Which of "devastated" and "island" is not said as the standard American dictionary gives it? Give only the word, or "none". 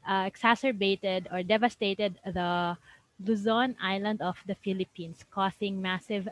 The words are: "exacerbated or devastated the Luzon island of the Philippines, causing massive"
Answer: none